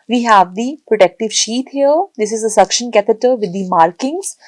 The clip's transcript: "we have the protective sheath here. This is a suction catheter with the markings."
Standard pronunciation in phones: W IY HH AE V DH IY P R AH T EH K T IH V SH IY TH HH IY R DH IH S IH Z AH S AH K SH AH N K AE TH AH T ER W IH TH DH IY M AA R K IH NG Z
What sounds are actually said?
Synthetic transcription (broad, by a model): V IY HH AE V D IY P R AH T EH K T IH V SH IY T HH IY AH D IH S IH Z AH S AH K SH AH N K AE T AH T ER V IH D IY M AA R K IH NG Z